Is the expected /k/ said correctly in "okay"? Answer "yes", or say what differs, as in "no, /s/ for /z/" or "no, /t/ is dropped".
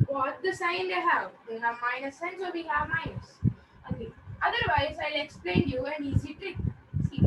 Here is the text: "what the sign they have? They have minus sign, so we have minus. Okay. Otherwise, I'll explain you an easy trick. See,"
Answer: no, /k/ is dropped